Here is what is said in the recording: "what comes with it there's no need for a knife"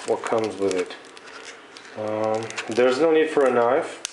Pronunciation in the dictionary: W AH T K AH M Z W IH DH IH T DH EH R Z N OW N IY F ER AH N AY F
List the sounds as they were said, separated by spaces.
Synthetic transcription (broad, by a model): W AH T K AH M Z W IH DH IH T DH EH R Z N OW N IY F ER AH N AY F